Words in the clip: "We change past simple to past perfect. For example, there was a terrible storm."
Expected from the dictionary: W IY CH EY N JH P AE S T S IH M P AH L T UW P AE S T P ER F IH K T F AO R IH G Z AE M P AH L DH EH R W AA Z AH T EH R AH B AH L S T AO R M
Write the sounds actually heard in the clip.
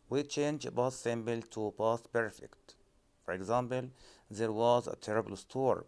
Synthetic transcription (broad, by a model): W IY CH EY N JH B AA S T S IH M B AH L T UW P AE S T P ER F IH K T F AO R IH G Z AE M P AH L DH EH R W AA Z AH T EH R AH B AH L S T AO R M